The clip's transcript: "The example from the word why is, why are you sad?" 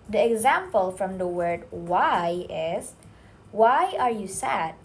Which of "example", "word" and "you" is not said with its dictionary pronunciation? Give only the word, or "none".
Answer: none